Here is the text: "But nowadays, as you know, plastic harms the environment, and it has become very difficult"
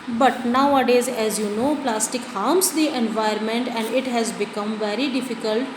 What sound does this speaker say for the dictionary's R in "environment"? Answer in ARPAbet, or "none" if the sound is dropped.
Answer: none